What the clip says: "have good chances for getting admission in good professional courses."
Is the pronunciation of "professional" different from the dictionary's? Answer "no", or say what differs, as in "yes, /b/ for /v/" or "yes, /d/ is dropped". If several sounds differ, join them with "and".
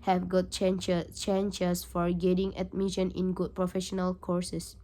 no